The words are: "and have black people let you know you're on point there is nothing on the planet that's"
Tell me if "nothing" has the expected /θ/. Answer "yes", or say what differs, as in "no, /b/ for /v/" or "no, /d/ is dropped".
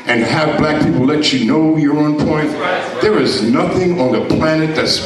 yes